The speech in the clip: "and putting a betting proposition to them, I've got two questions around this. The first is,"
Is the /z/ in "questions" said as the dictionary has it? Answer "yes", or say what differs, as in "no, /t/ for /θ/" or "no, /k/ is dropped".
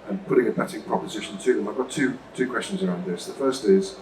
yes